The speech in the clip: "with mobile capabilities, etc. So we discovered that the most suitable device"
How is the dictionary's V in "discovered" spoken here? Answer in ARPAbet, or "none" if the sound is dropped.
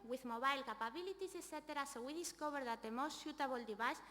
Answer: B